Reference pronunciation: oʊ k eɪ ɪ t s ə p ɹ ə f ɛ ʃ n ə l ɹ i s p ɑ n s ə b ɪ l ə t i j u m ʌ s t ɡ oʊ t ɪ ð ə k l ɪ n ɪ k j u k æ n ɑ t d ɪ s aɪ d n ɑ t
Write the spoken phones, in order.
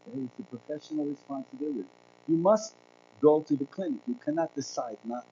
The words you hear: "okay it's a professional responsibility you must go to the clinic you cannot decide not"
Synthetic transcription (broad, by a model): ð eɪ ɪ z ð ə p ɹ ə f ɛ ʃ n l ɹ i s p ɑ n s ə b ɪ l ə t i j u m ʌ s t ɡ oʊ t ɪ ð ə k l ɪ n ɪ k j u k æ n ɑ t d ɪ s aɪ d n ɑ t